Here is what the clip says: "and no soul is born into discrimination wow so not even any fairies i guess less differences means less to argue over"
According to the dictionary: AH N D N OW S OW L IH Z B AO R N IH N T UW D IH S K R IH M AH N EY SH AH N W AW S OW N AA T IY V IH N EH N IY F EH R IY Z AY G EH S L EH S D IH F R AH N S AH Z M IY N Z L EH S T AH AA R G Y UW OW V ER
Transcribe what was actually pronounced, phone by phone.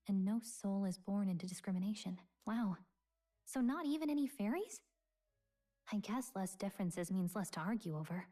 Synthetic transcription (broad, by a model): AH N N OW S OW L IH Z B AO R N IH N T UW D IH S K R IH M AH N EY SH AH N W AW S OW N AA T IY V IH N EH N IY F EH R IY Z AY G EH S L EH S D IH F R AH N S AH Z M IY N Z L EH S T AH AA R G Y UW OW V ER